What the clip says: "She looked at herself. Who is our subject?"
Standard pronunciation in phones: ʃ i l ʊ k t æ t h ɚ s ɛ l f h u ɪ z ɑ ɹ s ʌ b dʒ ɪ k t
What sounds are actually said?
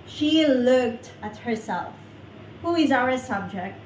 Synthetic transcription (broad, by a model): ʃ i l ʊ k t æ t h ɚ s ɛ l f h u ɪ z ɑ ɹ s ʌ b dʒ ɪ k t